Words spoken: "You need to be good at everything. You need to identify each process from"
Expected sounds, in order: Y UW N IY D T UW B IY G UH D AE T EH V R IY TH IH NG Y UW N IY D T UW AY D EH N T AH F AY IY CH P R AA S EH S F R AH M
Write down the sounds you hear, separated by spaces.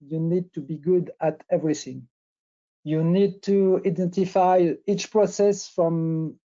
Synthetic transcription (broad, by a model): Y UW N IY D T UW B IY G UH D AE T EH V R IY TH IH NG Y UW N IY D T UW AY D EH N T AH F AY IY CH P R AA S EH S F R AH M